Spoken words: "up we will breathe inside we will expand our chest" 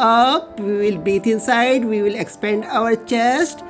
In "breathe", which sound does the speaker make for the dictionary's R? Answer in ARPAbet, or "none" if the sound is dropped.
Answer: none